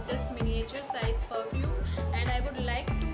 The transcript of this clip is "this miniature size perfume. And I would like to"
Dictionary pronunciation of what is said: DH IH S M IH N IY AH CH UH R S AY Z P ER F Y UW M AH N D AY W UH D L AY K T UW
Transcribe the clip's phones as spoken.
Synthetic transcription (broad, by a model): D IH S M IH N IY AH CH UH R S AY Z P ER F Y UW AH N D AY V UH D L AY K T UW